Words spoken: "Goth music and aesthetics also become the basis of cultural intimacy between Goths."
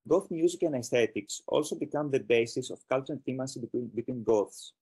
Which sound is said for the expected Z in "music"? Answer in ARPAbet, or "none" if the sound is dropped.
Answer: Z